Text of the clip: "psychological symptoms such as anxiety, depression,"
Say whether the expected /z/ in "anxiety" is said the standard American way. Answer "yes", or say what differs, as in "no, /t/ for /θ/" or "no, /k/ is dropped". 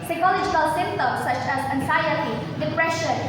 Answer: no, /s/ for /z/